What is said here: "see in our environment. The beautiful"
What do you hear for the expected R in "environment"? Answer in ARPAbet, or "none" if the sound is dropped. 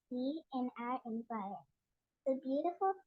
none